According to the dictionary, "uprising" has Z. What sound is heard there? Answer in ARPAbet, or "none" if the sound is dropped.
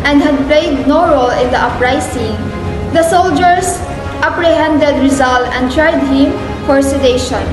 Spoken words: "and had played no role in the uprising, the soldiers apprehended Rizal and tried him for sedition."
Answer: S